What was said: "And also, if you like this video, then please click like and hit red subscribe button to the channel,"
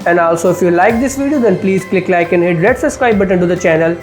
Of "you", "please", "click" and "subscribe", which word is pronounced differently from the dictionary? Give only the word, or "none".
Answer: subscribe